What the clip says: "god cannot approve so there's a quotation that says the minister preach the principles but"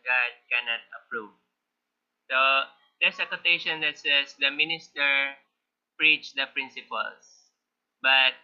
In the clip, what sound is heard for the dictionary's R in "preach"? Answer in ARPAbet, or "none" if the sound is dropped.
R